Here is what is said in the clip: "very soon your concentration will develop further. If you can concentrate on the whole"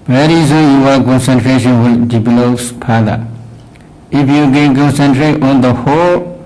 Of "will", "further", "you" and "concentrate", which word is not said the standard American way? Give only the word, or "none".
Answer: further